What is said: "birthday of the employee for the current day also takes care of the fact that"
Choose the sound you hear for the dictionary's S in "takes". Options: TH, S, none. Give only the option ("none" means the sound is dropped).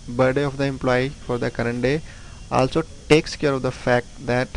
S